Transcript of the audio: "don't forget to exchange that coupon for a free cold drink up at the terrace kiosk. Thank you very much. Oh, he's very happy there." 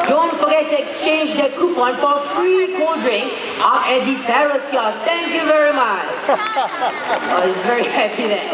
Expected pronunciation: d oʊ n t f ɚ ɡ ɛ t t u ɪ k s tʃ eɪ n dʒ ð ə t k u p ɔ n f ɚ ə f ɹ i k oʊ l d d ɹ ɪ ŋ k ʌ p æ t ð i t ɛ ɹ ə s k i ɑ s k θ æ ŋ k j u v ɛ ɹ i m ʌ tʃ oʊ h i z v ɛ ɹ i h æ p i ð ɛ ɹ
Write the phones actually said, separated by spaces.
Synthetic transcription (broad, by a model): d oʊ n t f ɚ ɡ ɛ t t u ɪ k s tʃ eɪ n dʒ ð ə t k u p ɔ n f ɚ ə f ɹ i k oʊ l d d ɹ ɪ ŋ ɛ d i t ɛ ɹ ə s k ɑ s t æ ŋ k j u v ɛ ɹ i m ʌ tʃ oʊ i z v ɛ ɹ i h æ p i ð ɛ